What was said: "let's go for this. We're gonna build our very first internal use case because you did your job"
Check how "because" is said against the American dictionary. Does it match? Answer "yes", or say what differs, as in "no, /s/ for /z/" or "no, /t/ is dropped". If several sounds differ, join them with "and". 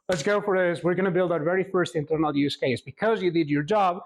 yes